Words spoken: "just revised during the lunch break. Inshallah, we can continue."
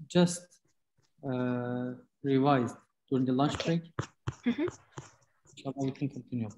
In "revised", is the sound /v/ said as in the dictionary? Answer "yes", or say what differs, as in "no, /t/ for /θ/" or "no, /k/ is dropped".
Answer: yes